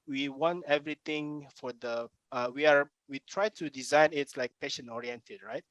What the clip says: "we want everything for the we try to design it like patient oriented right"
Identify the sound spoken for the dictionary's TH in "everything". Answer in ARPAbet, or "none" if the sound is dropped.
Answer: T